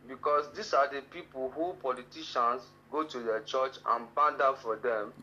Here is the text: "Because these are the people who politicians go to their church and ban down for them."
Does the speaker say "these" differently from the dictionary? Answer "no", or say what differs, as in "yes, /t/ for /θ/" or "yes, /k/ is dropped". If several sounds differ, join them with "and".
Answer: yes, /s/ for /z/